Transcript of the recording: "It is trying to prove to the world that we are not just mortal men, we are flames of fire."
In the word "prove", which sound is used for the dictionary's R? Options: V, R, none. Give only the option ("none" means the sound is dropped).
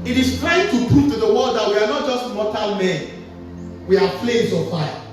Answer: none